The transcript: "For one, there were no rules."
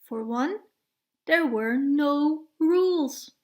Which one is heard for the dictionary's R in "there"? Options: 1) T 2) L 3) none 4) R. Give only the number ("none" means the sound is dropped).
4